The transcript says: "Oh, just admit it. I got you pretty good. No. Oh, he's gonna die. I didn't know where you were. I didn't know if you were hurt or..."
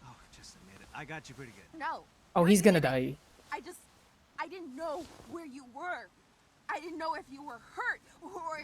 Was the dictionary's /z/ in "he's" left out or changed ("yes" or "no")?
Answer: no